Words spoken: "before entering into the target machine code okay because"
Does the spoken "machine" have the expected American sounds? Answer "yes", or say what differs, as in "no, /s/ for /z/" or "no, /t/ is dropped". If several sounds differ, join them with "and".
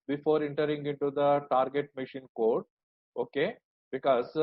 yes